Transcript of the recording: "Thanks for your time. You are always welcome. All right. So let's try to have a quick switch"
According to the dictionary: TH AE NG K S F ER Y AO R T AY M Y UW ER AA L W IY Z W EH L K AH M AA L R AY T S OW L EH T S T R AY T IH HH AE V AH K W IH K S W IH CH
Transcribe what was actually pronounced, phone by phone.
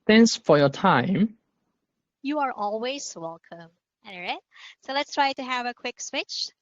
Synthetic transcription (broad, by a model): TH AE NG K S F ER Y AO T AY M Y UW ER AA L W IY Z W EH L K AH M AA N R AY T S OW L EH T S T R AY T IH HH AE V AH K W IH K S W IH CH